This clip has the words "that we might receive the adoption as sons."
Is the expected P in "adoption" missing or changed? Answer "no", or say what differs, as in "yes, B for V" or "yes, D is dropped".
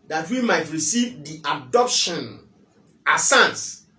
no